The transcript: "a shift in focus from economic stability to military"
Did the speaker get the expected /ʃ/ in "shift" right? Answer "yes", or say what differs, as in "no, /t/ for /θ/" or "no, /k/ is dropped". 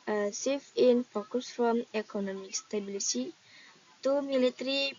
no, /s/ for /ʃ/